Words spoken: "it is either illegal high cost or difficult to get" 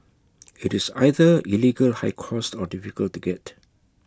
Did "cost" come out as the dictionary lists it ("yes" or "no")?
yes